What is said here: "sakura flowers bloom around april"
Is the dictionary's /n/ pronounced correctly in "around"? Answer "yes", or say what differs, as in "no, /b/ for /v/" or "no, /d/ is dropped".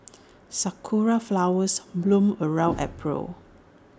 no, /n/ is dropped